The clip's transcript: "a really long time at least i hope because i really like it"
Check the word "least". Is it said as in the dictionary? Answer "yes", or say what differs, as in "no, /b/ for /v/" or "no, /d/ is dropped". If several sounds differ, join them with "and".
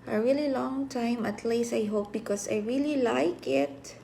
no, /t/ is dropped